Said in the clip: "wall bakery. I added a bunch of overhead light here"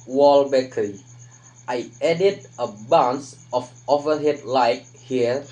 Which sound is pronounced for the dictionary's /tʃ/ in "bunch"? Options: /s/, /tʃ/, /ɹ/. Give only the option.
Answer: /s/